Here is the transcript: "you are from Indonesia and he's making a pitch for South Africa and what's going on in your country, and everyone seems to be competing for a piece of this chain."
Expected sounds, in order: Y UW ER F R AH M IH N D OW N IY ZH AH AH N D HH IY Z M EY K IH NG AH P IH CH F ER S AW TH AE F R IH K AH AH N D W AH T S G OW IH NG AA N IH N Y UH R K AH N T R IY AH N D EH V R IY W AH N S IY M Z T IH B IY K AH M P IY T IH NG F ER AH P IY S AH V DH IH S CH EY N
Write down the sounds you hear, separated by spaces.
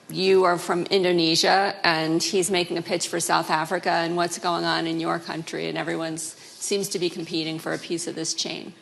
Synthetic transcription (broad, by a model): Y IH ER F R AH M IH N D OW N IY ZH AH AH N IY Z M EY K IH NG AH P IH CH F ER S AW TH AE F R IH K AH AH N W AH T S G OW IH NG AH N IH N Y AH R K AH N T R IY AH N EH V R IY W AH N S IY M Z T IH B IY K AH M P IY T IH NG F ER AH P IY S AH V DH IH S CH EY N